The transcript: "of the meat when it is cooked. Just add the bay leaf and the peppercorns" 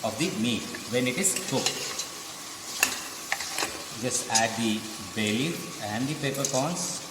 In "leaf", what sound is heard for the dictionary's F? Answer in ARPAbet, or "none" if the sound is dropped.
none